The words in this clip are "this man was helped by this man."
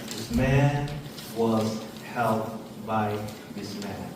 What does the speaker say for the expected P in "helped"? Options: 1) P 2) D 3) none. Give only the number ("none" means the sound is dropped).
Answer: 3